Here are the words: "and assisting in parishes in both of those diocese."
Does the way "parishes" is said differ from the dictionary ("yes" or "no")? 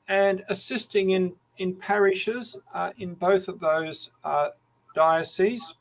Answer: no